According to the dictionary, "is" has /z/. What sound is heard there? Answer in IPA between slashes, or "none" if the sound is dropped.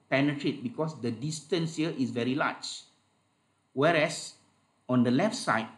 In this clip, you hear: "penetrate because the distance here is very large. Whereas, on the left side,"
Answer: /s/